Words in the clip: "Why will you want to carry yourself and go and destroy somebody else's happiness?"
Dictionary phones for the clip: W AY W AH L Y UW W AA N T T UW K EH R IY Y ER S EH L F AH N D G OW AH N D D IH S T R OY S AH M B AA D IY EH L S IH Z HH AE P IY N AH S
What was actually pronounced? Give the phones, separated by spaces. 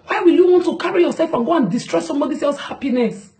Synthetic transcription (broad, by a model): W AY W AH L Y UW W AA N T T UW K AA R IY Y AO S EH L F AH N G OW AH N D D IH S T R OY S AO M B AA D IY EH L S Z HH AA P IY N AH S